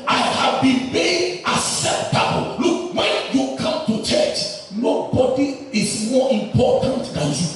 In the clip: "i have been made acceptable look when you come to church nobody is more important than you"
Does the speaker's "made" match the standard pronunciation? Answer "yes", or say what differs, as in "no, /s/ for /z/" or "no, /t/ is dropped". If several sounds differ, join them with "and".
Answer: no, /d/ is dropped